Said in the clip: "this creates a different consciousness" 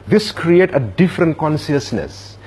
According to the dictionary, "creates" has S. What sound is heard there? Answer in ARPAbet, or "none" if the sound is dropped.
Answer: none